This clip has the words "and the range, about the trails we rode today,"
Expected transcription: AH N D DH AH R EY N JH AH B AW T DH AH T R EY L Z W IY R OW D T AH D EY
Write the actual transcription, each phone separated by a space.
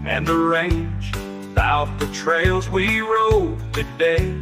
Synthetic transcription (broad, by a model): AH N DH AH R EY N JH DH AW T DH AH T R EY L Z W IY R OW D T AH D EY